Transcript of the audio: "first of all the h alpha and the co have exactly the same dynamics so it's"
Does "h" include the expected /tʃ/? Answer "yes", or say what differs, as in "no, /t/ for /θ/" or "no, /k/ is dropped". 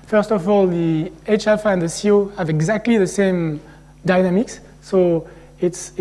yes